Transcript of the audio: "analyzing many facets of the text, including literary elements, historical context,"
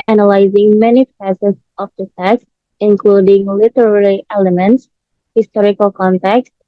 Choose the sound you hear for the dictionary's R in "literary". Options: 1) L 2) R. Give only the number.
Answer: 1